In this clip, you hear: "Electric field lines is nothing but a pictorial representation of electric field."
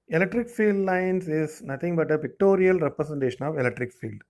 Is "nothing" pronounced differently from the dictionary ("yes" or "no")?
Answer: yes